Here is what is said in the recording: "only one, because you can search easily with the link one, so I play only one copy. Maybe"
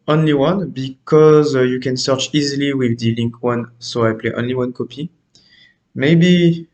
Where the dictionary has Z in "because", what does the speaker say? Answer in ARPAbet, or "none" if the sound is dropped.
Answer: Z